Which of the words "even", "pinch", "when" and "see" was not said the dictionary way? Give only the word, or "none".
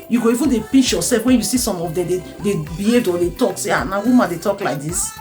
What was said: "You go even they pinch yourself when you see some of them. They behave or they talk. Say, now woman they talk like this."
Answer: pinch